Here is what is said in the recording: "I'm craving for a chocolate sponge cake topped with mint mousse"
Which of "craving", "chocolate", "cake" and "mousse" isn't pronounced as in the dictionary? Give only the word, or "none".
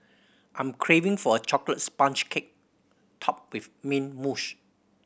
mousse